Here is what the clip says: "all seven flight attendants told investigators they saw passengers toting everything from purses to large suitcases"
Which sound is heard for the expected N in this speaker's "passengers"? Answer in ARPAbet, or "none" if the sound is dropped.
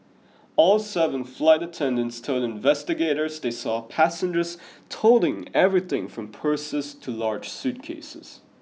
N